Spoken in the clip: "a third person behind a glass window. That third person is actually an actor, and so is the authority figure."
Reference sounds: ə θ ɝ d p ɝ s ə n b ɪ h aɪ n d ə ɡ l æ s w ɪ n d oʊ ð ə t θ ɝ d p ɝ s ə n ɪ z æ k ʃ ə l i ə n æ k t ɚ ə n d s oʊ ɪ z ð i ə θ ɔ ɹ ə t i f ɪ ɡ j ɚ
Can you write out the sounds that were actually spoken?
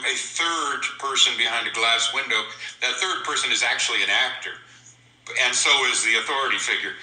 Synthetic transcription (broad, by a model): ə θ ɝ d p ɝ s ə n b ɪ h aɪ n d ə ɡ l æ s w ɪ n d oʊ ð ə t θ ɝ d p ɝ s ə n ɪ z æ k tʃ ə l i ə n æ k t ɚ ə n s oʊ ɪ z ð i ə θ ɔ ɹ ə t i f ɪ ɡ j ɚ